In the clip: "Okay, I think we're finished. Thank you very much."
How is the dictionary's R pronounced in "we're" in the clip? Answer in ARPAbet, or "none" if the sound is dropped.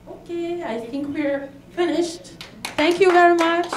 R